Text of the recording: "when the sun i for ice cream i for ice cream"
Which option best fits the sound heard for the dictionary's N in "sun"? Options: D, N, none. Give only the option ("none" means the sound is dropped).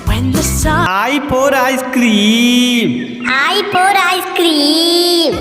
none